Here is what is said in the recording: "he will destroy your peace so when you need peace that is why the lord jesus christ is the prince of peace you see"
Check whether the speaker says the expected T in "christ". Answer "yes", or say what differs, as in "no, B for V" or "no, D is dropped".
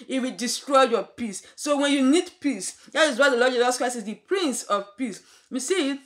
no, T is dropped